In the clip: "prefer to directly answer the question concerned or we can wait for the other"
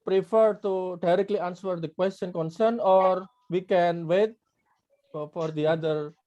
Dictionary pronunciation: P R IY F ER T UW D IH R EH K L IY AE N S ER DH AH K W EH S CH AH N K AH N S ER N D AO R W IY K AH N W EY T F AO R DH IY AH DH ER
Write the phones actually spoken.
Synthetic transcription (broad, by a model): P R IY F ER T UW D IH R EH K L IY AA N S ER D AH K W EH S CH AH N K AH N S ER N AO R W IY K AH N W EY T F AO R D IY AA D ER